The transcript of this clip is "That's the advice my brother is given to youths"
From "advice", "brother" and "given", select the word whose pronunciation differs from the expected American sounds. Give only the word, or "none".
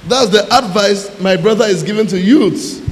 none